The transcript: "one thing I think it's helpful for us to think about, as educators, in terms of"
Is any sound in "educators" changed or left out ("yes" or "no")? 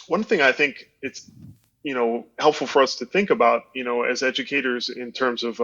no